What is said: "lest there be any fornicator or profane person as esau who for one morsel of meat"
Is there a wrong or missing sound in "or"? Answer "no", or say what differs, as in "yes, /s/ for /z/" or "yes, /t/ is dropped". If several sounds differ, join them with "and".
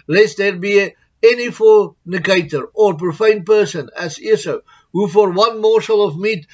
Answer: no